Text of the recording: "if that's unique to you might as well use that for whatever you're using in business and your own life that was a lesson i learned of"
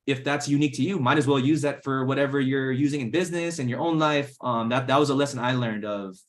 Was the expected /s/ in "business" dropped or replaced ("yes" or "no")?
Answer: no